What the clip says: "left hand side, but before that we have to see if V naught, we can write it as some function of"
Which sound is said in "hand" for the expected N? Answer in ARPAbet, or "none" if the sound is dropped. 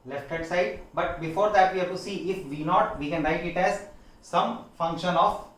none